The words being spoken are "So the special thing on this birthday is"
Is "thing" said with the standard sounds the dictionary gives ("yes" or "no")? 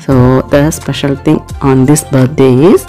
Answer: no